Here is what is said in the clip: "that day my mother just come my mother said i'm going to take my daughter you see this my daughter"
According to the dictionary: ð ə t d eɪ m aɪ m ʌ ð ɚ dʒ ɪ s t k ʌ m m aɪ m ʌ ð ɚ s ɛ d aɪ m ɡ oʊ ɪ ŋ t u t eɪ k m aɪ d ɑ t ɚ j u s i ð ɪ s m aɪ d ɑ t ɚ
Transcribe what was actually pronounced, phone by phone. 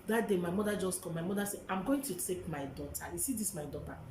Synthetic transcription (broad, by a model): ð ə t d eɪ m aɪ m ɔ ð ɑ dʒ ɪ s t k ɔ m m aɪ m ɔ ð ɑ s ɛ aɪ m ɡ oʊ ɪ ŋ t u t eɪ k m aɪ d ɑ t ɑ j u s i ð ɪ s m aɪ d ɑ t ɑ